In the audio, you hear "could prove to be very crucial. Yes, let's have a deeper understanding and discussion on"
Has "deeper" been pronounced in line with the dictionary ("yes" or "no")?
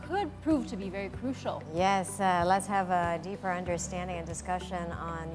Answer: yes